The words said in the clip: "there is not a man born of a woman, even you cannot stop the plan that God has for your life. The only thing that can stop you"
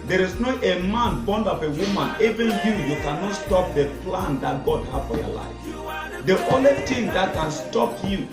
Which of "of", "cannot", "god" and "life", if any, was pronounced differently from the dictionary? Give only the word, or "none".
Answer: of